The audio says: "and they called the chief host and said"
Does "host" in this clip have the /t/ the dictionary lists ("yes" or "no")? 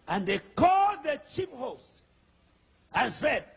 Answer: yes